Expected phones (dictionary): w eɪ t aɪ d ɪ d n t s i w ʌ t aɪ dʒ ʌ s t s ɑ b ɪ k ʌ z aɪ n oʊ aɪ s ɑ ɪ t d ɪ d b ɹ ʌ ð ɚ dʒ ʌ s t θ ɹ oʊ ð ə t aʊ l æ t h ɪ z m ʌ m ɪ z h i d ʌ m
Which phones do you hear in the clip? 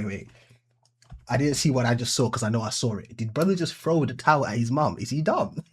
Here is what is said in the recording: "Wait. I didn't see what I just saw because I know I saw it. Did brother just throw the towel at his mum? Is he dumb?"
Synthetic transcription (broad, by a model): w eɪ t aɪ d ɪ d n t s i w ʌ t aɪ dʒ ʌ s t s ɑ k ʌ z aɪ n oʊ aɪ s ɑ ɪ t d ɪ d b ɹ ʌ ð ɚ dʒ ʌ s t f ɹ oʊ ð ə t aʊ n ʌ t h ɪ z m ʌ m ɪ z i d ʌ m